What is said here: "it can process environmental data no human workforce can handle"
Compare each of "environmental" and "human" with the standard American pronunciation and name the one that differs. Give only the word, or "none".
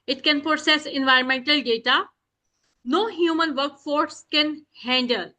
none